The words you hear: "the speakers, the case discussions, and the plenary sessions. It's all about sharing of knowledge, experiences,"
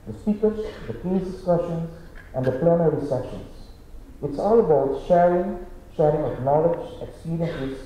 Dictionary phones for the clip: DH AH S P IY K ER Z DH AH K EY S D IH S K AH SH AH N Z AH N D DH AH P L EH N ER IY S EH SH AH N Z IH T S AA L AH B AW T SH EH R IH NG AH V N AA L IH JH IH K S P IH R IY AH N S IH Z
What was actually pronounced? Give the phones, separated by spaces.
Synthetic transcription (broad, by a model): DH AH S IY K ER S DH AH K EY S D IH S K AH SH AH N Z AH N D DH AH P L EH N ER IY S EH SH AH N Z IH T S AA L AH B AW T SH EH R IH NG AH V N AA L IH JH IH K S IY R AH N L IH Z